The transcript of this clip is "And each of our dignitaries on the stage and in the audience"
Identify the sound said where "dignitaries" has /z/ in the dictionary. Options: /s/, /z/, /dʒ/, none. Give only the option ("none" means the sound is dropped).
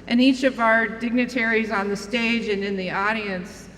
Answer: /z/